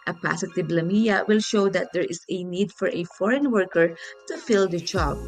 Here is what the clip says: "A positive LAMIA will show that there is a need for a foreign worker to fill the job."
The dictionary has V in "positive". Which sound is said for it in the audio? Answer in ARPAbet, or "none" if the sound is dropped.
B